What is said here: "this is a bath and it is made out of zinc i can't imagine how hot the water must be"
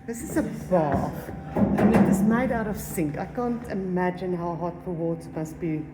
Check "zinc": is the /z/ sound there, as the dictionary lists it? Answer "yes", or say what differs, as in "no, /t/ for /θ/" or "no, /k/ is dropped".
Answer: no, /s/ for /z/